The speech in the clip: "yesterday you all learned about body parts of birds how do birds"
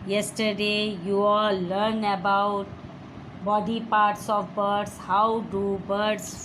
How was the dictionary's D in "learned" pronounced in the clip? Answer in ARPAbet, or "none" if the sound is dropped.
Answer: none